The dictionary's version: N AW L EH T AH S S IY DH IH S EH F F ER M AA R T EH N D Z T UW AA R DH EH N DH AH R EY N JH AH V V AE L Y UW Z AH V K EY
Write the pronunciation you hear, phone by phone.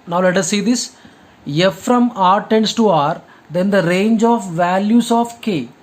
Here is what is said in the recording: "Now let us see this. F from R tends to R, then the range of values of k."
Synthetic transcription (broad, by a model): N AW L EH T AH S S IY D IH S EH F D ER M AA R T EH N D S T UW AA R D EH N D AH R EY N JH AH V V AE L Y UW S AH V K EY